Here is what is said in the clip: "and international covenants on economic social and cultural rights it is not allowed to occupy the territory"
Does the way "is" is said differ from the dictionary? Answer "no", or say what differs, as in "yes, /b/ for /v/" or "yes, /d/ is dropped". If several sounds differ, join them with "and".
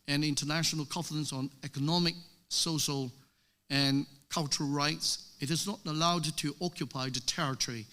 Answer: no